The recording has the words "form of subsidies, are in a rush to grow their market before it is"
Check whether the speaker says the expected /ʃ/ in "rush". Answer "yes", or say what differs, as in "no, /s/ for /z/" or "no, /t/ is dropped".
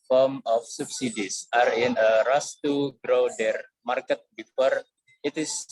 no, /s/ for /ʃ/